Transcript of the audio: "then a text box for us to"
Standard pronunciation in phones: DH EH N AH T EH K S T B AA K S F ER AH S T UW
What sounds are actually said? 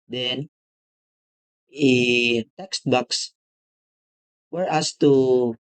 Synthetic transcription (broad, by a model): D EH N AH T EH K S T B AA K S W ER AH S T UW